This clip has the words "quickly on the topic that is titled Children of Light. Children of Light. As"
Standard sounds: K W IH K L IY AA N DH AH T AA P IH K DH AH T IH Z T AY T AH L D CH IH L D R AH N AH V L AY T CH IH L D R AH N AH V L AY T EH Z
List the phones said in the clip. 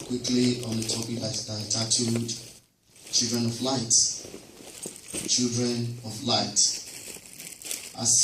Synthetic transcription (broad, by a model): K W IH K L IY AA N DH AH T AA P IH K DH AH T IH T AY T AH D CH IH L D R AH N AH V L AY T CH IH L D R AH N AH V L AY T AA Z